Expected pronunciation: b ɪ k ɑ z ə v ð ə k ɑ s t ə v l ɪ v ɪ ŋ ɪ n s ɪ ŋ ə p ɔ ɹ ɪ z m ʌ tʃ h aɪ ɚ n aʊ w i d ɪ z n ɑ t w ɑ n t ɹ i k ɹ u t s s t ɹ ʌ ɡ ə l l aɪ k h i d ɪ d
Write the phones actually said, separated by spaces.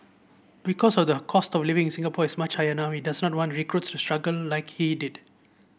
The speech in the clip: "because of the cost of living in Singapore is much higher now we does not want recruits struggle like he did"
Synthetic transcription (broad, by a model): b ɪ k ɑ s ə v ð ə k ɑ s t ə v l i v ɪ ŋ s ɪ ŋ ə p ɔ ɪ s m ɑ tʃ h aɪ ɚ n aʊ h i d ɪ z n ɑ t w ɑ n t ɹ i k ɹ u t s s t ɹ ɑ ɡ ə l l aɪ k h i d ɪ d